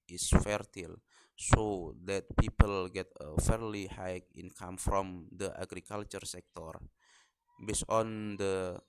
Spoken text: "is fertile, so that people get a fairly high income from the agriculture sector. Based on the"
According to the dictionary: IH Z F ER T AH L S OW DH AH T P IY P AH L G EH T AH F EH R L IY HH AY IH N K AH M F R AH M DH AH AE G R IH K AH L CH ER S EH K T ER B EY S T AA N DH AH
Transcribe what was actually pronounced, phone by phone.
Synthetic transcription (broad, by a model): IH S F ER T AH L S OW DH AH T P IY P AH L G EH T AH F EH R L IY HH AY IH N K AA M F R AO M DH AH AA G R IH K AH L CH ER S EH K T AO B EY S AA N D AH